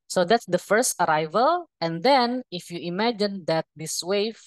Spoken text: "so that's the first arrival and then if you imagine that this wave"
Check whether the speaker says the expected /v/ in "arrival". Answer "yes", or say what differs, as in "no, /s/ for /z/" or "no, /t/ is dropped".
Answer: yes